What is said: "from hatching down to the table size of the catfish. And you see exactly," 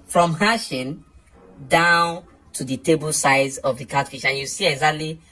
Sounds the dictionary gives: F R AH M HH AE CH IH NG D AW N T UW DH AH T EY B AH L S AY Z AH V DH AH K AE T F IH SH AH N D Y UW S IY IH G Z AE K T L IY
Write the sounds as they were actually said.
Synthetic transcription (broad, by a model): F R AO M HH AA SH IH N D AW N T UW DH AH T EY B AH L S AY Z AH V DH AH K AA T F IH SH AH N Y UW S IY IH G Z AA K T L IY